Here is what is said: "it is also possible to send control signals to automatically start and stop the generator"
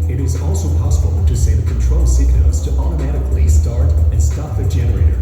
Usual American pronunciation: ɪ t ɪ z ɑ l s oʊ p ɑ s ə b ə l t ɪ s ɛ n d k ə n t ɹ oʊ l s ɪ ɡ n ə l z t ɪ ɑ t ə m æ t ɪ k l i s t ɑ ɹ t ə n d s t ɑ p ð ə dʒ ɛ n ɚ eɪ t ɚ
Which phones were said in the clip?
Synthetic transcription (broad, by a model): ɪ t ɪ z ɑ l s oʊ p ɑ s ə b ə l t ɪ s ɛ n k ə n t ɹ oʊ l s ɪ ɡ n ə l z t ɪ ɑ t ə m æ t ɪ k l i s t ɑ ɹ t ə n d s t ɑ p ð ə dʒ ɛ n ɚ eɪ t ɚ